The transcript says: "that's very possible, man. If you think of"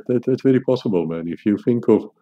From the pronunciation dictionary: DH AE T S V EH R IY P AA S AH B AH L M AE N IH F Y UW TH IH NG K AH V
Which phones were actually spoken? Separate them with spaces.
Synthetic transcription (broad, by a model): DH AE T S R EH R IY P AA S AH B AH L M AE N IH F Y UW TH IH NG K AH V